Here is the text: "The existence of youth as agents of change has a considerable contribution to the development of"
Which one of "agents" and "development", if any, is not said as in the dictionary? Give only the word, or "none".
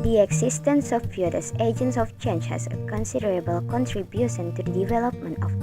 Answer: none